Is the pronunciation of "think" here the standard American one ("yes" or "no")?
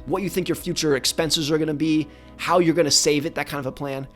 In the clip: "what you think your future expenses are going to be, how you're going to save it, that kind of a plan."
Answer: yes